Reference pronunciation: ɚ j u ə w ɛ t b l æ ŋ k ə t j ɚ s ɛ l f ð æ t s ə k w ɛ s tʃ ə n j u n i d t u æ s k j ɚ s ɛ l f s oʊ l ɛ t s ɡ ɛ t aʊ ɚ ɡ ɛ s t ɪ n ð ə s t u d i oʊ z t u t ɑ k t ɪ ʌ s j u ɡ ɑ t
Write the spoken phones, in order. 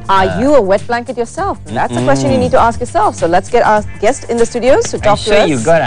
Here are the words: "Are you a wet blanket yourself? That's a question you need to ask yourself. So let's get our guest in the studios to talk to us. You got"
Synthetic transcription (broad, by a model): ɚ j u ə w ɛ t b l æ ŋ k ə t j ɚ s ɛ l f ð æ t s ə k w ɛ s tʃ ə n j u n i d t u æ s k j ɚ s ɛ l f s oʊ l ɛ t s ɡ ɛ t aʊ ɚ ɡ ɛ s t ɪ n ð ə s t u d i oʊ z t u t ɑ k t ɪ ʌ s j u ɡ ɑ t